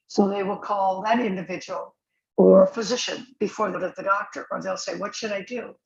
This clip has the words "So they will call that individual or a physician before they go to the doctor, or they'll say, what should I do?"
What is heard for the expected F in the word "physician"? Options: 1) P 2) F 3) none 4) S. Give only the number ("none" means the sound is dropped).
2